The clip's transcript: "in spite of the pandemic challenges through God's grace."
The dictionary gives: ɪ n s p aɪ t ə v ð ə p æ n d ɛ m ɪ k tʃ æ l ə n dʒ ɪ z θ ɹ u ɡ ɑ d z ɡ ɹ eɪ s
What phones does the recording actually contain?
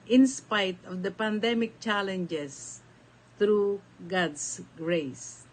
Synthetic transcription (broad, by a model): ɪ n s p aɪ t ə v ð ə p æ n d ɛ m ɪ k tʃ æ l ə n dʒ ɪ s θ ɹ u ɡ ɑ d s ɡ ɹ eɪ s